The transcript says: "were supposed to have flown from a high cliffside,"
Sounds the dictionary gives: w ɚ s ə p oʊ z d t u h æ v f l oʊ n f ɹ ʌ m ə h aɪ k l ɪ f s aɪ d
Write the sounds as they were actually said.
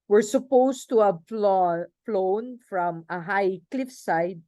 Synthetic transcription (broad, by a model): w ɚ s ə p oʊ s t u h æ f f l oʊ n f ɹ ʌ m ə h aɪ k l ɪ f s aɪ d